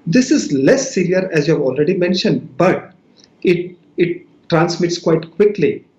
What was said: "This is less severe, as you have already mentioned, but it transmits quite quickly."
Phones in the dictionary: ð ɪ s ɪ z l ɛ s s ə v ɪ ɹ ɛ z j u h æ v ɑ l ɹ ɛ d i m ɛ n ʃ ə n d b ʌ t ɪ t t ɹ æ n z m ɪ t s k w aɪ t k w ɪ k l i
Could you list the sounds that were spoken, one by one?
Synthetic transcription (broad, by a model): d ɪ s ɪ z l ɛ s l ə ʌ ɹ ɛ z j u h æ v ɑ l ɹ ɛ d i m ɛ n ʃ ə n d b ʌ t ɪ t t ɹ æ n s m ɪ t s k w aɪ t k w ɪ k l i